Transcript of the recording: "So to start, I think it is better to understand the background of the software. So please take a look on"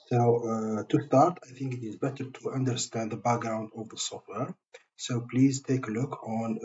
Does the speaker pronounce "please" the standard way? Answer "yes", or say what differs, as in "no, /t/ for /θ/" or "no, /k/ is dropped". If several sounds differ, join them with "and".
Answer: yes